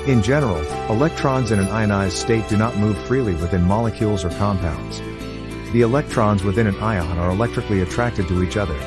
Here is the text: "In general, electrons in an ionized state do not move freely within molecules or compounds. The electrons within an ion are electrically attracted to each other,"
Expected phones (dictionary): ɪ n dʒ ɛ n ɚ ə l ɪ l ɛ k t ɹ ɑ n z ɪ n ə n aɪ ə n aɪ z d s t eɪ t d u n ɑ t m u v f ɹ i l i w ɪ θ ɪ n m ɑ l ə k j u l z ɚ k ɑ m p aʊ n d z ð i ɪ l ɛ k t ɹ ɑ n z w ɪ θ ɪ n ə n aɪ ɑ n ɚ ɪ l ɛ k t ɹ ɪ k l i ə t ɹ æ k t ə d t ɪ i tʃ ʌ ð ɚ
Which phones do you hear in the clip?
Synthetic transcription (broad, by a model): ɪ n dʒ ɛ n ɚ l ɪ l ɛ k t ɹ ɑ n z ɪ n ə n aɪ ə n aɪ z s t eɪ t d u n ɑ t m u v f ɹ i l i w ɪ θ ɪ n m ɑ l ə k j u l z ɚ k ɑ m p aʊ n d z ð i ɪ l ɛ k t ɹ ɑ n z w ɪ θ ɪ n ə n aɪ ɑ n ɚ ɪ l ɛ k t ɹ ɪ k l i ə t ɹ æ k t ə d t ɪ i tʃ ʌ ð ɚ